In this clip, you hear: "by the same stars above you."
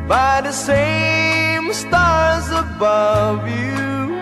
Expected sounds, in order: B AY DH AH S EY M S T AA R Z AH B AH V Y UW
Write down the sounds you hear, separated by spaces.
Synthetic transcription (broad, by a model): B AY DH AH S EY M S T AA R Z AH B AH V Y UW